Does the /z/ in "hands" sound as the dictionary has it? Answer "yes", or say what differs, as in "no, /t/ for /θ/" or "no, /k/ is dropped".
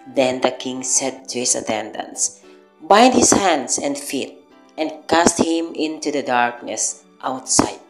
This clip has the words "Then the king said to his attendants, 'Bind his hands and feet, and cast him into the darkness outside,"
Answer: no, /s/ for /z/